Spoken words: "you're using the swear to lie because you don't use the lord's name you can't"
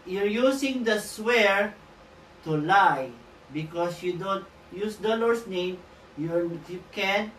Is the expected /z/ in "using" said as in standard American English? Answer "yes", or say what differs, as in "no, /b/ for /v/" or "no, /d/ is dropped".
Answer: no, /s/ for /z/